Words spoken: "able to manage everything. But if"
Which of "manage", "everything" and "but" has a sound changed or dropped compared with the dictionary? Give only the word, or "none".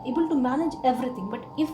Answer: everything